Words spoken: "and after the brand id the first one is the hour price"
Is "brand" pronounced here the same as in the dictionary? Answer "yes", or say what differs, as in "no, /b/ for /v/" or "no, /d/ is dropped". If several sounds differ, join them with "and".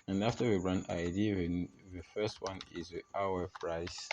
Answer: no, /d/ is dropped